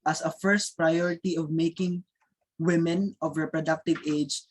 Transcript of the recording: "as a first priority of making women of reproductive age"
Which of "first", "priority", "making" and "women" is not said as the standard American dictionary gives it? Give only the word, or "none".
none